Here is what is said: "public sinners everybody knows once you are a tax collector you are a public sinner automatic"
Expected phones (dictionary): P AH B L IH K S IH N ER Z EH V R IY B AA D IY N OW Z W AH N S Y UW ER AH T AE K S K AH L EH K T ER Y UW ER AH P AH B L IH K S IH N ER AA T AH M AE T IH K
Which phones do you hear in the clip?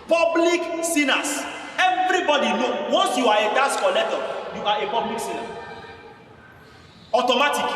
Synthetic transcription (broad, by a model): P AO B L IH K S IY N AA S EH V R IY B AA D IY N OW W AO N S Y UW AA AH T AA S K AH L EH T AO Y UW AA AH P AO B L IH K S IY N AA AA T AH M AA T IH K